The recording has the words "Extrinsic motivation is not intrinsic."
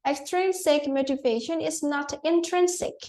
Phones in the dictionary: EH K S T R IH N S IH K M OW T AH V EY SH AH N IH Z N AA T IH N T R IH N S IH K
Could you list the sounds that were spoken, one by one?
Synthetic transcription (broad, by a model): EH K S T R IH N S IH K M OW T AH V EY SH AH N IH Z N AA T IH N T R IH N S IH K